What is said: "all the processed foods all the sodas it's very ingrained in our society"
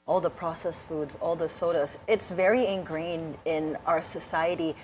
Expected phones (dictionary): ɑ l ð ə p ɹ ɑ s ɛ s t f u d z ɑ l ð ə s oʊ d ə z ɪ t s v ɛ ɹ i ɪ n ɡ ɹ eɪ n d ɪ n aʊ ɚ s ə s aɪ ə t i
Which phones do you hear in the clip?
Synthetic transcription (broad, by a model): ɑ l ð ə p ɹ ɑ s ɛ s f u d z ɑ l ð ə s oʊ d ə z ɪ t s v ɛ ɹ i ɪ n ɡ ɹ eɪ n d ɪ n aʊ ɚ s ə s aɪ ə t i